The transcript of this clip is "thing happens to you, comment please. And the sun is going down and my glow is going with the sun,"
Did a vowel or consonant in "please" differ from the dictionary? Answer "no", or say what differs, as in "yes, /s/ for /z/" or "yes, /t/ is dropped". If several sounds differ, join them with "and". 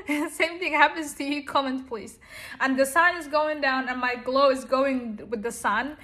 no